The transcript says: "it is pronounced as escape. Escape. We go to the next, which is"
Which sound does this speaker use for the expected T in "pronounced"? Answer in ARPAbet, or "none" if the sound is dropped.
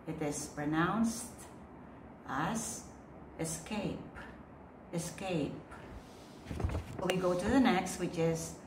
T